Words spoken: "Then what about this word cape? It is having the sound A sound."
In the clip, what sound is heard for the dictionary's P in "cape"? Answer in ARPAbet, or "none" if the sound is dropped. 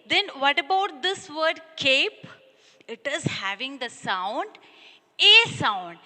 P